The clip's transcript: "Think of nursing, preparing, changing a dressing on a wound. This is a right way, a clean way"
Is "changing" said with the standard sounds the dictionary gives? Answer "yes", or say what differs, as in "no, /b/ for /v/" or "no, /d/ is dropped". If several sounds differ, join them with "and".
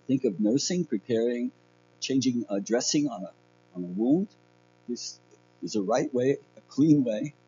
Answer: yes